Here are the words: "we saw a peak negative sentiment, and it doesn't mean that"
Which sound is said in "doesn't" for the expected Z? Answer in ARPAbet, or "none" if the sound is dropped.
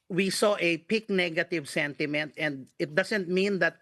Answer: S